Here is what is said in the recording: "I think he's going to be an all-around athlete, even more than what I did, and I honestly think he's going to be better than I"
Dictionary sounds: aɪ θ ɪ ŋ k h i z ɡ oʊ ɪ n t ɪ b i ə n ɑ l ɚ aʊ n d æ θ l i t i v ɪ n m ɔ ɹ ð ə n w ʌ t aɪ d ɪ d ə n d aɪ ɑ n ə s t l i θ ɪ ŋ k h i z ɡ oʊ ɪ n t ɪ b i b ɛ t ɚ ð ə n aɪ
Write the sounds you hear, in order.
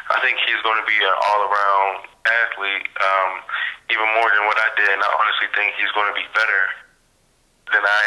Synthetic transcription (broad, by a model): aɪ θ ɪ ŋ k h i z ɡ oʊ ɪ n t ɪ b i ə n ɑ l ɚ aʊ n d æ t l i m i v ɪ n m ɔ ɹ ð ə n w ʌ t aɪ d ɪ d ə n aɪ ɑ n ə s t l i θ ɪ ŋ k h i z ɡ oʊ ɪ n t ɪ b i b ɛ t ɚ ð ə n aɪ